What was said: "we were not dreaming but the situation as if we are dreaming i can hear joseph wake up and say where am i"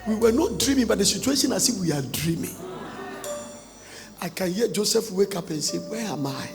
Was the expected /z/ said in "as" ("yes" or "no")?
no